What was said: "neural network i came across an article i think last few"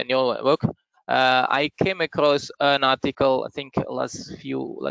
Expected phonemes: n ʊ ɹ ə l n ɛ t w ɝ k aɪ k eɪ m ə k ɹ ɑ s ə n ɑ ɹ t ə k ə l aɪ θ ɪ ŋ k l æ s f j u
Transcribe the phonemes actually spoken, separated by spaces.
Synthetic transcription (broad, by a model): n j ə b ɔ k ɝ aɪ k eɪ m ə k ɹ ɑ s ə n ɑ t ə k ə l aɪ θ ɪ ŋ k l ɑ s f j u